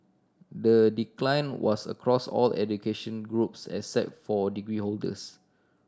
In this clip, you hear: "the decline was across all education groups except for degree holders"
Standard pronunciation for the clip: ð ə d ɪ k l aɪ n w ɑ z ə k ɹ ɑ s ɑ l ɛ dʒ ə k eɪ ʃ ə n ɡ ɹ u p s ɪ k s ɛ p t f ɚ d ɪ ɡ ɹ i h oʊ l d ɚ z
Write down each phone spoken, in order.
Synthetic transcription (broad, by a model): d ə d ɪ k l aɪ n w ɑ s ə k ɹ ɑ s ɑ l ɛ dʒ ə k eɪ ʃ ə n ɡ ɹ u p s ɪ s ɛ t f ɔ d ɪ ɡ ɹ i h oʊ l d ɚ s